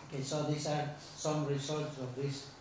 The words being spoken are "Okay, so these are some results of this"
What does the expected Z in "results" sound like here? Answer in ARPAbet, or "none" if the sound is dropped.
S